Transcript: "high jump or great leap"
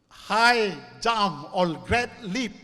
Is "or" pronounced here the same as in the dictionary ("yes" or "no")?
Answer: no